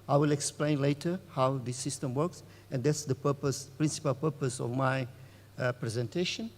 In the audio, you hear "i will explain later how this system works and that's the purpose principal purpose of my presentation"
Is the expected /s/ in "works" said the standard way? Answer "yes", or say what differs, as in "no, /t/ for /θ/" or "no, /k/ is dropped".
yes